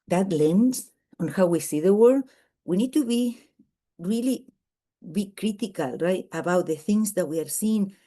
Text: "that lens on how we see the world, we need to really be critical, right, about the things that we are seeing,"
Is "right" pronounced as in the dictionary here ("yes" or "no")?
yes